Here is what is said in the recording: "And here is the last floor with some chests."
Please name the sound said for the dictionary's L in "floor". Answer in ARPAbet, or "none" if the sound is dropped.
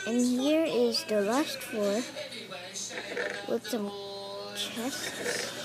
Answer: none